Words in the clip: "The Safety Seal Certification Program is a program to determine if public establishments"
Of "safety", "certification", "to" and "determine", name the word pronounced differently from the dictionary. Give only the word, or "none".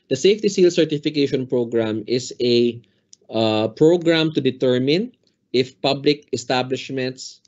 none